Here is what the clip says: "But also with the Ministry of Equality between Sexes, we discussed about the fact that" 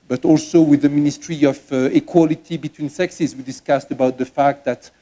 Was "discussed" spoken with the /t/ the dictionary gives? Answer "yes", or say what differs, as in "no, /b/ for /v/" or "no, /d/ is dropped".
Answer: yes